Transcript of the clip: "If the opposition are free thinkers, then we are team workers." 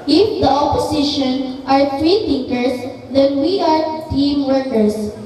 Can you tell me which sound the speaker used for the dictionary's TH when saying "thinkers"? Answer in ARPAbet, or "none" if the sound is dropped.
T